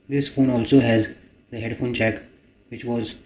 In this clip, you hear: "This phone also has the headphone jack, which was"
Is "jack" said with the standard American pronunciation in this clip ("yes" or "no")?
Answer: no